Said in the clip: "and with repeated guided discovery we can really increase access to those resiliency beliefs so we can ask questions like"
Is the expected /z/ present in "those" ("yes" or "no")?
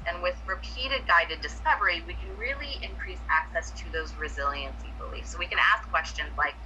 yes